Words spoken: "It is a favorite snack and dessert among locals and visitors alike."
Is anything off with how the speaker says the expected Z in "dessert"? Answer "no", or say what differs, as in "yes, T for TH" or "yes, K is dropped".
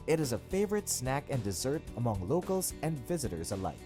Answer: no